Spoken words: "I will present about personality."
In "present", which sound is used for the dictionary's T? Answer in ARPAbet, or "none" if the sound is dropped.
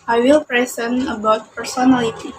none